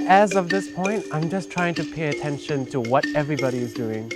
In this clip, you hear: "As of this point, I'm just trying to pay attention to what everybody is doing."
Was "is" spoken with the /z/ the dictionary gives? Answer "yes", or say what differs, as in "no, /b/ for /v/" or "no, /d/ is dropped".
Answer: yes